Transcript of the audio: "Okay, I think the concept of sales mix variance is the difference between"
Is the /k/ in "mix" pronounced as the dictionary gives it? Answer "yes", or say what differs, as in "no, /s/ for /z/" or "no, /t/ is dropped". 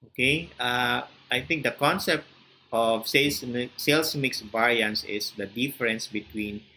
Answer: yes